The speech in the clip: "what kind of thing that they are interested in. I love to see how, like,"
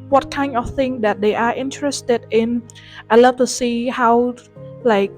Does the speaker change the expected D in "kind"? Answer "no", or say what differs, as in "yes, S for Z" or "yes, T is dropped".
yes, D is dropped